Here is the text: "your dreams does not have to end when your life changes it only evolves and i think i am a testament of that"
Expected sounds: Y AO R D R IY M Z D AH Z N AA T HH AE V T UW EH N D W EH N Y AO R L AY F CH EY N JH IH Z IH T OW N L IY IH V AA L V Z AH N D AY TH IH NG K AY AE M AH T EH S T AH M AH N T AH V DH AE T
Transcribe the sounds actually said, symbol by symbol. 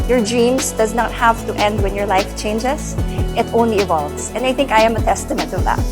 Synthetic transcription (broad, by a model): Y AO R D R IY M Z D AH Z N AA T HH AE V T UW EH N D W EH N Y AO R L AY F CH EY N JH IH S IH T OW N L IY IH V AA L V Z AH N D AY TH IH NG K AY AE M AH T EH S T AH M AH N T AH V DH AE T